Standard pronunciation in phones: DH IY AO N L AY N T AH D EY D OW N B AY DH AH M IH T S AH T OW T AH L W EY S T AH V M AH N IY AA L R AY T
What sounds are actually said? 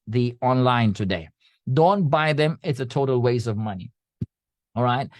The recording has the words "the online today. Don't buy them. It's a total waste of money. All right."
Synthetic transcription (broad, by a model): DH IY AO N L AY N T AH D EY D OW N B AY DH AH M IH T S AH T OW T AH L W EY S AH V M AH N IY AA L R AY T